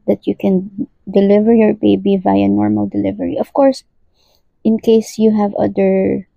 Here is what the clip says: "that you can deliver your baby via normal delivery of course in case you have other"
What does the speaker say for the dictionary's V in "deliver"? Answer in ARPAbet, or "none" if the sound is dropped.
V